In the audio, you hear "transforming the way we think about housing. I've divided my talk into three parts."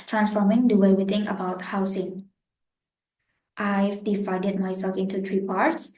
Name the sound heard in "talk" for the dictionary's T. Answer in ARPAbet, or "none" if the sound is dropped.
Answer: S